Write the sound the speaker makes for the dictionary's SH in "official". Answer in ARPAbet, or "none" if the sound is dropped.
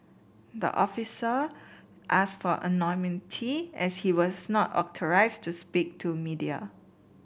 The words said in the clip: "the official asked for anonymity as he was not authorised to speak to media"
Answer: S